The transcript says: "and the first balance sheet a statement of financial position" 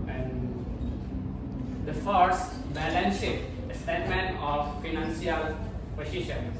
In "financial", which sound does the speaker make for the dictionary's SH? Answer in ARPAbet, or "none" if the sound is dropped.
S